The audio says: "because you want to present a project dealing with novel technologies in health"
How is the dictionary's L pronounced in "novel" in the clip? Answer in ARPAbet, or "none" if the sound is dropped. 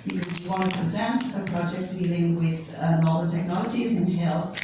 N